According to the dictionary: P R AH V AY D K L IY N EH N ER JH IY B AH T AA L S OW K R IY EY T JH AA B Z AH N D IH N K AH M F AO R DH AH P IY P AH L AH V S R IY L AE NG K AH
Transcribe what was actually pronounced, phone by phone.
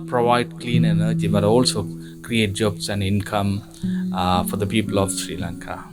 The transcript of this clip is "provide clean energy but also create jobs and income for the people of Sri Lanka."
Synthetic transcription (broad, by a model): P R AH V AY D K L IY N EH N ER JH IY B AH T AA L S OW K R IY EY T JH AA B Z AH N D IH N K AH M F AO R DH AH P IY P AH L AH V S R IY L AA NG K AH